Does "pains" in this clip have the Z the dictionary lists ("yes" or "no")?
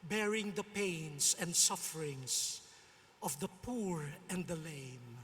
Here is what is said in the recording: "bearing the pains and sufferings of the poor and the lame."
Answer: no